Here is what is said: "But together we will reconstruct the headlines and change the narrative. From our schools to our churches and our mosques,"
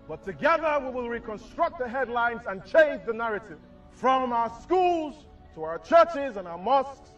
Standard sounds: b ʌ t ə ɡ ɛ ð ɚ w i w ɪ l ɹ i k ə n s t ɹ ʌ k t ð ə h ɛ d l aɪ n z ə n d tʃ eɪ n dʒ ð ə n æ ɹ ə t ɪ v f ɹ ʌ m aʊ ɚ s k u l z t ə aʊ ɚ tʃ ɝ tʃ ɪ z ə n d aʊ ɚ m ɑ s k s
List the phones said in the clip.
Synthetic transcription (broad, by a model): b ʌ t ə ɡ ɛ ð ɚ w i w ɪ l ɹ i k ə n s t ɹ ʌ k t ð ə h ɛ d l aɪ n z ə n tʃ eɪ n dʒ ð ə n æ ɹ ə t ɪ v f ɹ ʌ m aʊ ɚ s k u l z t ə aʊ ɚ tʃ ɝ tʃ ɪ z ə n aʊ ɚ m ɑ s k s